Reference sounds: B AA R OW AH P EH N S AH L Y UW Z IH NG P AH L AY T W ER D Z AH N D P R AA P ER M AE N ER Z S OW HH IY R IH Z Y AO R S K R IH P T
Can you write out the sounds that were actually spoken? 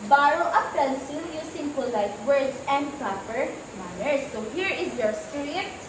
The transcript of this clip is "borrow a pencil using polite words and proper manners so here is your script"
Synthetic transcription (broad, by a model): B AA R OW AH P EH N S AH N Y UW S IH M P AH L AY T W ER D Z AH N D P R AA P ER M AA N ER S OW HH IY R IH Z Y AO R S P R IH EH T